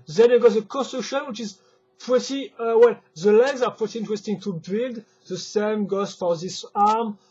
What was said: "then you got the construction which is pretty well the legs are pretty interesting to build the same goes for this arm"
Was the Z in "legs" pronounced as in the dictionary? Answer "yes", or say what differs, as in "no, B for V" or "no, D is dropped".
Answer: yes